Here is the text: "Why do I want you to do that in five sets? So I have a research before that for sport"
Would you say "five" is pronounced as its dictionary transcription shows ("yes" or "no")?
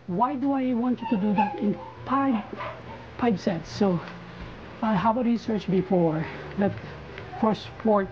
no